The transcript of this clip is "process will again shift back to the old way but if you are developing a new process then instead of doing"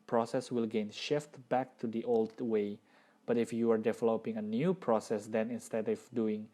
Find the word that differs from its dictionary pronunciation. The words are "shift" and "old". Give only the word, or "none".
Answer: none